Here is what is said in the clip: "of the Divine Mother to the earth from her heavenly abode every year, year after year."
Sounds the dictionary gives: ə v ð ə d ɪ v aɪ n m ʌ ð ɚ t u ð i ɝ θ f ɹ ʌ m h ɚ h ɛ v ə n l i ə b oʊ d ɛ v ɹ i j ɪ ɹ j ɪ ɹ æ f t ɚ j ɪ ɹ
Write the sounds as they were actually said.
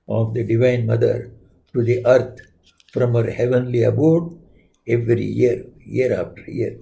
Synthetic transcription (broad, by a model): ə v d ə d ɪ v aɪ n m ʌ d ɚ t u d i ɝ t f ɹ ʌ m h ɚ h ɛ v ə n l i ə b oʊ d ɛ v ɹ i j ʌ ɹ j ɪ ɹ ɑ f t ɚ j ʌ ɹ